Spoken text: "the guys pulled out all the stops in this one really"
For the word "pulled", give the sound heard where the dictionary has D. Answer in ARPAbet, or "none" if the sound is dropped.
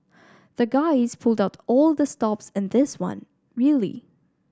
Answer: D